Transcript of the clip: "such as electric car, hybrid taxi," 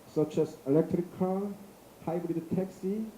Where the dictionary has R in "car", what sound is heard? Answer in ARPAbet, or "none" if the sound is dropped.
L